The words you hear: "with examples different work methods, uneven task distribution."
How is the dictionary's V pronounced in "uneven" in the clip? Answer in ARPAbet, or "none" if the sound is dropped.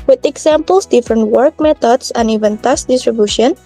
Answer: V